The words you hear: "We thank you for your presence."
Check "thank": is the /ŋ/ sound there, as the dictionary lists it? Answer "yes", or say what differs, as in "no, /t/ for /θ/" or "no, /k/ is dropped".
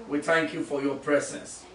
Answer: yes